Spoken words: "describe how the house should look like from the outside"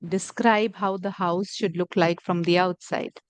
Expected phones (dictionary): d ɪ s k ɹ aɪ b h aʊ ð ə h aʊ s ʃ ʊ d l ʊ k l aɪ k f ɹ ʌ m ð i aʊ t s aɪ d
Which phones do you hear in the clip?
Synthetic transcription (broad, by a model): d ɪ s k ɹ aɪ b h aʊ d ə h aʊ s ʃ ʊ d l ʊ k l aɪ k f ɹ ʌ m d i aʊ t s aɪ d